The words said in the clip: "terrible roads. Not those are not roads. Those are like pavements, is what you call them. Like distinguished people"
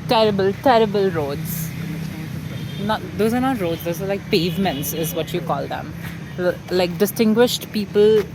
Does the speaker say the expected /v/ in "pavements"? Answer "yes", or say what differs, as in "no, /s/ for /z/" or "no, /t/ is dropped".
yes